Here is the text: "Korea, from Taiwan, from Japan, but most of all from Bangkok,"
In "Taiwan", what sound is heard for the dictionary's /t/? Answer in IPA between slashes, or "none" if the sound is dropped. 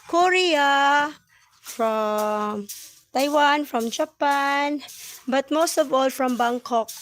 /t/